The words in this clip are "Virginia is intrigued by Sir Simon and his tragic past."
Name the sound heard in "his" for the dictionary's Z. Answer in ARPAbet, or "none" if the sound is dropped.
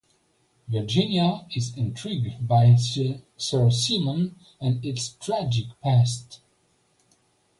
S